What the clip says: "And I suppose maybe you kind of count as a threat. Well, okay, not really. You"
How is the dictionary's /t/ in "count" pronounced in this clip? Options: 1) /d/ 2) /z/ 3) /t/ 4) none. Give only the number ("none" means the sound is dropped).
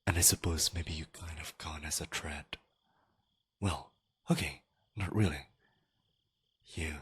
4